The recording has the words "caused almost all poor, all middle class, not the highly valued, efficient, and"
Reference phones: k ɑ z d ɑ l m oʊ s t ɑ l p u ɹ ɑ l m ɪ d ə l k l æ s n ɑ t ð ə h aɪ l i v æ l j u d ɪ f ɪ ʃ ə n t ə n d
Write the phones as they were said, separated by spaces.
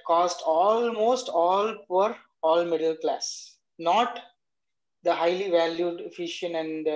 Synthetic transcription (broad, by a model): k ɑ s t ɑ l m oʊ s t ɑ l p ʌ ɹ ɑ l m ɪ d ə l k l æ s n ɑ t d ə h aɪ l i v æ l j u d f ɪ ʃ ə n ə n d